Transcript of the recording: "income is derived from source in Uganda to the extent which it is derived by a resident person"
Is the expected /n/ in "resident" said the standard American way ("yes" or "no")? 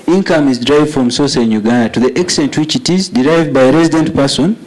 yes